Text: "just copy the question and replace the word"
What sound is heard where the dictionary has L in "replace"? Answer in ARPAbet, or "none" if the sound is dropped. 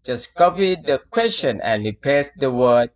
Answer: none